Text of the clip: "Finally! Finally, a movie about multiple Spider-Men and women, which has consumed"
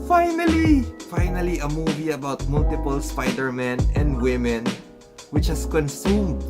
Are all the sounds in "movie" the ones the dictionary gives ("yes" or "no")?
yes